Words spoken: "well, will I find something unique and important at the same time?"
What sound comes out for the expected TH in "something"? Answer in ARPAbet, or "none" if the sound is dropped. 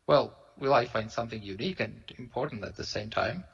TH